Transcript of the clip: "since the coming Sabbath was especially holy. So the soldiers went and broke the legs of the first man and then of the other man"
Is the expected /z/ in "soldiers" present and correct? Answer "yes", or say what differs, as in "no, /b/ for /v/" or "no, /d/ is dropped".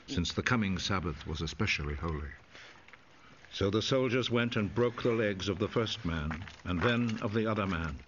yes